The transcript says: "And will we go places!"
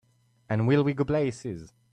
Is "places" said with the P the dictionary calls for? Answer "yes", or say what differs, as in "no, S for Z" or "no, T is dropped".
no, B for P